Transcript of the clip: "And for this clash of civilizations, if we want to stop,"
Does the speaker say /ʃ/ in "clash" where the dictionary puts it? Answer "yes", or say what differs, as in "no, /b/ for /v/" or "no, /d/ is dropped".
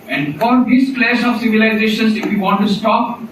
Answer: no, /s/ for /ʃ/